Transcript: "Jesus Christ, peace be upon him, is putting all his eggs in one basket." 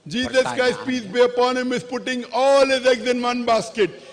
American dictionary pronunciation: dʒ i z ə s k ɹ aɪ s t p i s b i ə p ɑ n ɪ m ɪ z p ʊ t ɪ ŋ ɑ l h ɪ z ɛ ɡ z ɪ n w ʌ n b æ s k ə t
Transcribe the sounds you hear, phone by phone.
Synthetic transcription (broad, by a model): dʒ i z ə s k aɪ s p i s b i ə p ɑ n ɪ m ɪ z p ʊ t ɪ ŋ ɑ l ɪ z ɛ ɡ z ɪ n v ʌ n b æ s k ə t